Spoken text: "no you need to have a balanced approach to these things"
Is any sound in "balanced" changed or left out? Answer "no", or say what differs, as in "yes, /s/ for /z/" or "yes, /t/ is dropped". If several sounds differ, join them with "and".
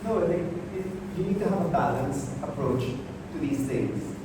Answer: yes, /t/ is dropped